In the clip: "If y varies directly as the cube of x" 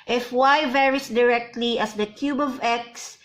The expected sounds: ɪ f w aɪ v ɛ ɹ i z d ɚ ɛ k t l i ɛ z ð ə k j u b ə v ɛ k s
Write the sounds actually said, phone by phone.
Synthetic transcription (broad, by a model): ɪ f w aɪ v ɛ ɹ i s d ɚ ɛ k t l i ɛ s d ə k j u b ə v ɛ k s